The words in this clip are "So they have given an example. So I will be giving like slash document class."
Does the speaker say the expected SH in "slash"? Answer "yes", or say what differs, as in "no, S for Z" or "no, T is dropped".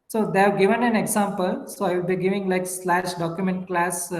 yes